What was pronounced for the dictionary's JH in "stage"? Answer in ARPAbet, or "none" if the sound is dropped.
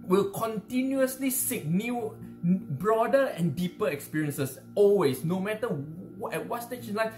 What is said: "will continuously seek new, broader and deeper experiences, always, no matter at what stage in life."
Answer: SH